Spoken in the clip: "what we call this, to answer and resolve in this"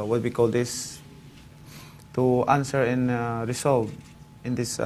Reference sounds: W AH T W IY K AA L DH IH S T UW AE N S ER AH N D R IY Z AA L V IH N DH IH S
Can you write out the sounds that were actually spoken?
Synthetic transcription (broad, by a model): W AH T W IY K AA L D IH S T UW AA N S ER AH N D R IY S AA L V IH N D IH S